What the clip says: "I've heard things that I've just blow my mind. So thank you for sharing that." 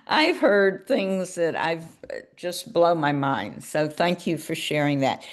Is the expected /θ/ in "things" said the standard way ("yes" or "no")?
yes